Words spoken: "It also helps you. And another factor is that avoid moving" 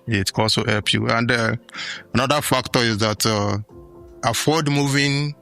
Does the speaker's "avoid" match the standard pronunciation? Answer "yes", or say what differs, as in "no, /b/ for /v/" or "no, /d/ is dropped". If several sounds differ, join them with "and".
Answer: no, /f/ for /v/